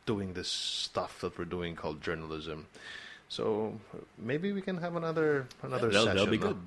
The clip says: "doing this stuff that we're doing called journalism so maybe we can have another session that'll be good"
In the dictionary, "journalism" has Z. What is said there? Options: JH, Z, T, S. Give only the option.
Z